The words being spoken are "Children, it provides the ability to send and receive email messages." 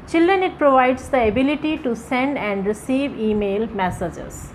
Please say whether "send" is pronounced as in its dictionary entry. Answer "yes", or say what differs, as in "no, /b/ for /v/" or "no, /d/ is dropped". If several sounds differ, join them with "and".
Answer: yes